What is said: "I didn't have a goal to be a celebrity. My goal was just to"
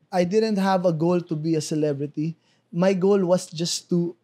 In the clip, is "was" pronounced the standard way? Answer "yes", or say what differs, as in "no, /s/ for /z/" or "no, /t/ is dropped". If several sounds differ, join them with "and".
no, /s/ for /z/